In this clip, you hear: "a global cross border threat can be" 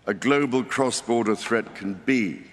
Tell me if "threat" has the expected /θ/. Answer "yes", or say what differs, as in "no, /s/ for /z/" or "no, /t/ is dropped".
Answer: yes